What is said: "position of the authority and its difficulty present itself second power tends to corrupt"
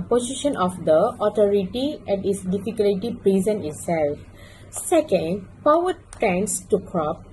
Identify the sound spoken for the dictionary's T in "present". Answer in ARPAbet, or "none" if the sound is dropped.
none